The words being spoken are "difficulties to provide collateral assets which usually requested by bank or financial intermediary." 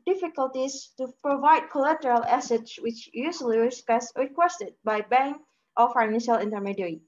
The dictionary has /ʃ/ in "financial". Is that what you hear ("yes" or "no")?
yes